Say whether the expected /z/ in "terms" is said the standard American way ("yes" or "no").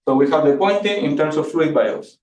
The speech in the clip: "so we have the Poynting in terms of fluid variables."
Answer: no